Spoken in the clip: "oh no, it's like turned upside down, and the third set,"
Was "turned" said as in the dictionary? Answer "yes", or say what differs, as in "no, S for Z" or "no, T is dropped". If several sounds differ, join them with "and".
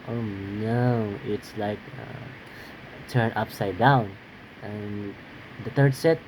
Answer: no, D is dropped